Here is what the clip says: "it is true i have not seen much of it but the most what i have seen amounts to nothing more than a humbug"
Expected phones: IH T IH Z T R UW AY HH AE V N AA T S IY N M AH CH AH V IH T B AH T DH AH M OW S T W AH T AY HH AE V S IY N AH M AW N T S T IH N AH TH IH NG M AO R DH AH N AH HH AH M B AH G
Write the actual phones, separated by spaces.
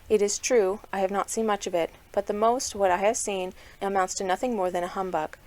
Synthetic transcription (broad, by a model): IH T IH Z T R UW AY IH V N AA T S IY N M AH CH AH V IH T B AH T DH AH M OW S T W AH T AY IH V S IY N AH M AW N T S T IH N AH TH IH NG M AO R DH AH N AH HH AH M B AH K